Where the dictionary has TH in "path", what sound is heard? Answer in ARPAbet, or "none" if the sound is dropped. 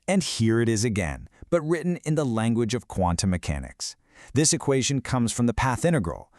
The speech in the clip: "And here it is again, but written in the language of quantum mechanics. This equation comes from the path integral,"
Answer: TH